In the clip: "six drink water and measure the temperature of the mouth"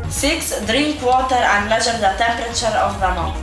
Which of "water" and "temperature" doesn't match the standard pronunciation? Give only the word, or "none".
none